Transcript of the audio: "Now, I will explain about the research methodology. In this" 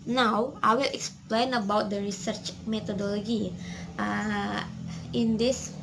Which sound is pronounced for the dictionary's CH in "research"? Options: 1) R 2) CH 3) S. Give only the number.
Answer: 2